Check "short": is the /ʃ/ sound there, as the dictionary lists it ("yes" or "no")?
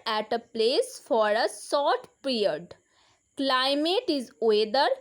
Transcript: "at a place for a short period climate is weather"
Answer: no